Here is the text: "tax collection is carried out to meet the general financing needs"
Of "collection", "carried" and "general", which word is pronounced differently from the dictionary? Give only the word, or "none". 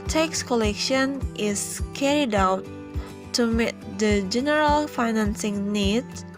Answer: none